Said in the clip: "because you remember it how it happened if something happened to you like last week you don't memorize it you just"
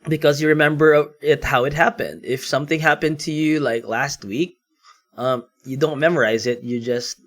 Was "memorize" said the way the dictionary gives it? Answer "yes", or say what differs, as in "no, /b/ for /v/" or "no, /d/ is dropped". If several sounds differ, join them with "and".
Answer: yes